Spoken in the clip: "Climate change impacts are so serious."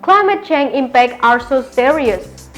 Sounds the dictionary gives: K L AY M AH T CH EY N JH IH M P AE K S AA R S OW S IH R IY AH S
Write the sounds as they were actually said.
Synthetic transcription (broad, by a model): K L AY M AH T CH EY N IH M P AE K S AA R S OW S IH R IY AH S